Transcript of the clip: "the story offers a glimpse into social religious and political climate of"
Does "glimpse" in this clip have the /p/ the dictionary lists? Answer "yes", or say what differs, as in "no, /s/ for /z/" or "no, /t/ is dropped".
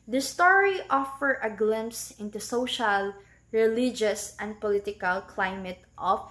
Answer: yes